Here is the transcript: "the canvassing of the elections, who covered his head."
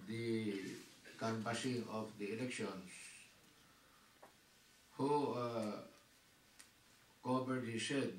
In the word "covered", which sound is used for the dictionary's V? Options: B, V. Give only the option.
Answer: B